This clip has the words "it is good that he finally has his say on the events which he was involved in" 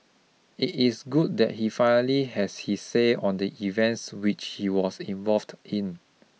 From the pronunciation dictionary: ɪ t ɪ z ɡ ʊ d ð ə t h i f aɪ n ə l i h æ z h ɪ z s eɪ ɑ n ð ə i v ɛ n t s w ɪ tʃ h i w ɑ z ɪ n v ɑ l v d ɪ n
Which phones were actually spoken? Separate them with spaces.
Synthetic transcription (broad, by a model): ɪ t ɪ s ɡ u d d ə t h i f aɪ n ə l i h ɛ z h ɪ s eɪ ɑ n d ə i v ɛ n t s w ɪ tʃ h i w ɑ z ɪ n v ɑ l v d ɪ n